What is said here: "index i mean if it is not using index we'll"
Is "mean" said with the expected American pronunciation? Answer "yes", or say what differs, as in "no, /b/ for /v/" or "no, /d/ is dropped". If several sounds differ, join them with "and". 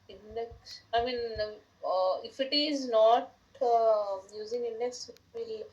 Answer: yes